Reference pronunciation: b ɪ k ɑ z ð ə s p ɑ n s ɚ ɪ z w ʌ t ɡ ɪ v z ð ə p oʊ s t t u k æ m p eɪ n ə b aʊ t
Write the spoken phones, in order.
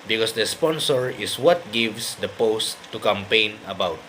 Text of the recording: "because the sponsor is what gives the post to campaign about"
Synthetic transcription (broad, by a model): b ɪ k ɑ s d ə s p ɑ n s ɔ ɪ s w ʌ t ɡ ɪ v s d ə p oʊ s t t u k æ m p eɪ n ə b aʊ t